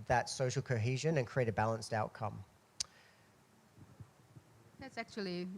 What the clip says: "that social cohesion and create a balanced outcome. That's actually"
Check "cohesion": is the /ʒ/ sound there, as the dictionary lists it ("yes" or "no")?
yes